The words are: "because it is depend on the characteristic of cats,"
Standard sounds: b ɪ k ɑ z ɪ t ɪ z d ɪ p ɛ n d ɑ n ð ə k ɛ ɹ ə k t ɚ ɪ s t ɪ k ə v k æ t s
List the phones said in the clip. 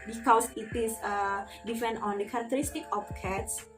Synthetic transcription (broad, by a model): b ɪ k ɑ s ɪ t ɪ s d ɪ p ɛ n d ɑ n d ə k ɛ ɹ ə k t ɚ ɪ s t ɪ k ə p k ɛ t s